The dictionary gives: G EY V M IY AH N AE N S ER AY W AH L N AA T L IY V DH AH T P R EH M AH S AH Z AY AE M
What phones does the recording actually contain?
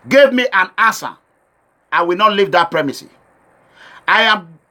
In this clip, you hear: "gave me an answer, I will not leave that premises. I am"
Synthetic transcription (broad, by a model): G EY V M IY AH N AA S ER AY W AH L N AA T L IY V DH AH T P R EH M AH S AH AY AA M